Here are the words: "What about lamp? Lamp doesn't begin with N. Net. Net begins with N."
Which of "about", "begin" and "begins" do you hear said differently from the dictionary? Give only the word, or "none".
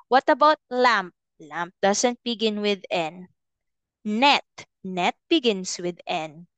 begins